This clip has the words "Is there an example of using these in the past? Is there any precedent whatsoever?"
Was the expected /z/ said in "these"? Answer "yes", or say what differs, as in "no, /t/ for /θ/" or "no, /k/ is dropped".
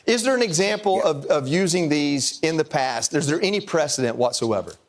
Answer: yes